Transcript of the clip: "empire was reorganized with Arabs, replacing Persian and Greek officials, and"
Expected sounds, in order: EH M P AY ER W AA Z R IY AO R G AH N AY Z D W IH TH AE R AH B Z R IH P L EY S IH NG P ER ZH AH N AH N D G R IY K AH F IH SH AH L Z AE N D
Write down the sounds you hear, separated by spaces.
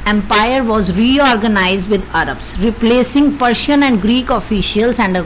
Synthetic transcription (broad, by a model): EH M P AY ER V AA Z R IY AO R G AH N AY Z D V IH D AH R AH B S R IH P L EY S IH NG P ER SH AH N AH N D G R IY K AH F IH SH AH L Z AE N D